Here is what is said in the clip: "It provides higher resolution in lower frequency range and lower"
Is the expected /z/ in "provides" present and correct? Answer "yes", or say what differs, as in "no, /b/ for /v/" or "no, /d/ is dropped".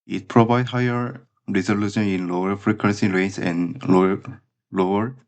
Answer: no, /z/ is dropped